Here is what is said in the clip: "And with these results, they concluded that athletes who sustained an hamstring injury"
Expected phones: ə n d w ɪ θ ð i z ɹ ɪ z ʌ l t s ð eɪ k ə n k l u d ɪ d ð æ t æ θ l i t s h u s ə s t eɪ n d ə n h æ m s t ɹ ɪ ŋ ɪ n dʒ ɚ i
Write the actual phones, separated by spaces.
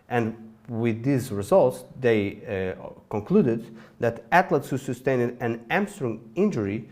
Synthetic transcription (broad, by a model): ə n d w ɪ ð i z ɹ ɪ z ʌ l t s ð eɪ k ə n k l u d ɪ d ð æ t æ t l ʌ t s h u s ə s t eɪ n d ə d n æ m s t ɹ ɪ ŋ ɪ n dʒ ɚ i